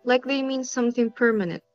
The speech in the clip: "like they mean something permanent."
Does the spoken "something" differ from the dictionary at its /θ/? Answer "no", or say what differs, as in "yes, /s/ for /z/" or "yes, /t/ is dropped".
no